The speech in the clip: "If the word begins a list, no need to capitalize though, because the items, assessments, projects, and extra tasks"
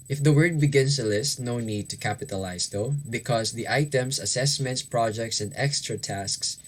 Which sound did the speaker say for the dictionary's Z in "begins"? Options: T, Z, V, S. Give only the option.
S